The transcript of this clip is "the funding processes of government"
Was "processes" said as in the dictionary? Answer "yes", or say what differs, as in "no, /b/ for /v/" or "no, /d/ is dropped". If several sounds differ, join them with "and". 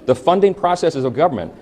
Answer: yes